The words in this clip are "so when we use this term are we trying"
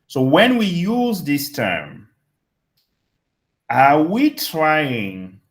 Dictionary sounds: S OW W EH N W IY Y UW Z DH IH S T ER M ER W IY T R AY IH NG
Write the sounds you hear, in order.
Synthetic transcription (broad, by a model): S OW W EH N W IY Y UW Z DH IH S T ER M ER W IY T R AY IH NG